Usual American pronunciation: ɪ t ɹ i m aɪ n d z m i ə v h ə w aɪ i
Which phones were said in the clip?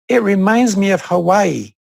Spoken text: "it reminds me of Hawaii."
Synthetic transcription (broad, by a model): ɪ t ɹ i m aɪ n d z m i ə v h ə w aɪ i